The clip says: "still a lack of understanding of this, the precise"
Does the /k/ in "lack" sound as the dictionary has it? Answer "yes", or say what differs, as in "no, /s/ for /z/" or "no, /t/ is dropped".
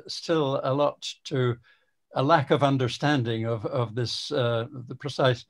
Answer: yes